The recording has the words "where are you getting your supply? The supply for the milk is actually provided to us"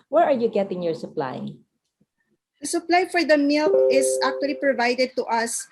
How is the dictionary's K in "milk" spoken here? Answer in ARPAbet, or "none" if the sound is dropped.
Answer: none